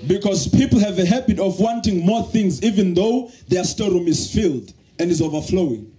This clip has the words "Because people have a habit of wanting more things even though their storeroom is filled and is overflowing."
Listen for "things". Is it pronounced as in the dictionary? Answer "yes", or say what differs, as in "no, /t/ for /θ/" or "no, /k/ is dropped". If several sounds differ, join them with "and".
yes